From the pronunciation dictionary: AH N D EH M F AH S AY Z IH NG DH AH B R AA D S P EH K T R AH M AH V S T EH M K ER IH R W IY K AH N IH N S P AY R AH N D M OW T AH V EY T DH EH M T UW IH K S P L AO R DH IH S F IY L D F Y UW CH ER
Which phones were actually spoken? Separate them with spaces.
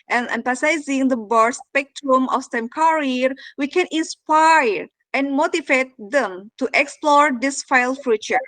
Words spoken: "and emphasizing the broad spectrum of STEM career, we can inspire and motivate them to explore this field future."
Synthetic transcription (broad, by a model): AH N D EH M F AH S AY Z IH NG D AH B AA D S P EH K T R AH M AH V S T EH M K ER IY R W IY K AH N IH N S P AY R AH N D M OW T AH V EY T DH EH M T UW IH K S P L AO R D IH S F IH L F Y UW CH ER